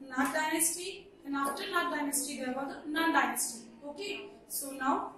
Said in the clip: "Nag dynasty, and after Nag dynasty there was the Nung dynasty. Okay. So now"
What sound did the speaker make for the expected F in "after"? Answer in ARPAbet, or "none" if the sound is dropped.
none